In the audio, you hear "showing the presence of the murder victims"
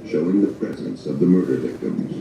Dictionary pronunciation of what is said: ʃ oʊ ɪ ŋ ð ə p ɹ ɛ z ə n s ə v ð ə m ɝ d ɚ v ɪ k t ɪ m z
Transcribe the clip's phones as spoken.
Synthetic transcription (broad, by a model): ʃ oʊ ɪ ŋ ð ə p ɹ ɛ z ə n s ə v ð ə m ɝ d ɚ v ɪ k t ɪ m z